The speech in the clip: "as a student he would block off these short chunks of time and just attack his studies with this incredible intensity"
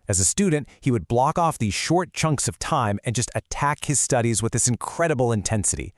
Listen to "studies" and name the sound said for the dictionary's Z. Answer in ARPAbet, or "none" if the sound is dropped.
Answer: Z